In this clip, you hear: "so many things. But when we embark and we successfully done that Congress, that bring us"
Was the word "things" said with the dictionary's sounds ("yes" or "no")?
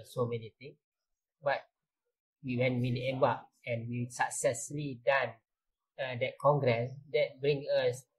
no